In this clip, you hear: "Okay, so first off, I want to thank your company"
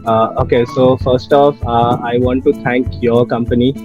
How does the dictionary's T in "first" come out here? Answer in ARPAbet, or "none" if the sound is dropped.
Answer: T